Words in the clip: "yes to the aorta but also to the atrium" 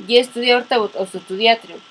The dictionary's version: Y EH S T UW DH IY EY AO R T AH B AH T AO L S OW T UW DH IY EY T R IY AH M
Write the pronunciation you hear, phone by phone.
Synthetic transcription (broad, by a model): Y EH S T UW DH IY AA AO R T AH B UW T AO S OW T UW DH IY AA T R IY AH